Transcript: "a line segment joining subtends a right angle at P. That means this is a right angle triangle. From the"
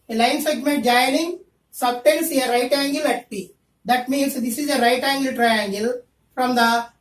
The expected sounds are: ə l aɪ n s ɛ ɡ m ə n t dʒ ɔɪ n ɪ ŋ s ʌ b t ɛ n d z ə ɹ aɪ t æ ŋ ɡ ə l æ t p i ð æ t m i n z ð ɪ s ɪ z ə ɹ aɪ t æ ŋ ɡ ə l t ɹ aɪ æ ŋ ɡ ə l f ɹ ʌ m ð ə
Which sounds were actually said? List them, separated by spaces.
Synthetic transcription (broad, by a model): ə l aɪ n s ɛ ɡ m ə n t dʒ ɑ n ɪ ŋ s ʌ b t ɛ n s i ə ɹ aɪ t æ ŋ ɡ ə l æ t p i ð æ t m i n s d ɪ s ɪ z ə ɹ aɪ t æ ŋ ɡ ə l t ɹ aɪ æ ŋ ɡ ə l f ɹ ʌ m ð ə